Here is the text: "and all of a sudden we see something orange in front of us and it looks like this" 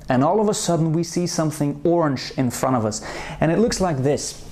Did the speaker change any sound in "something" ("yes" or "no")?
no